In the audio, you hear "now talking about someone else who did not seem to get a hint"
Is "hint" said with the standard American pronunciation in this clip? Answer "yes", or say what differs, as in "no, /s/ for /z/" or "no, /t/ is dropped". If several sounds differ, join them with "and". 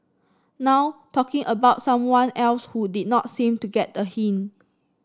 no, /t/ is dropped